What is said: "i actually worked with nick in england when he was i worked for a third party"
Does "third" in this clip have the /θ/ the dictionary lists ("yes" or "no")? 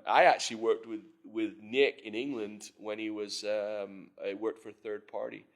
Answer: yes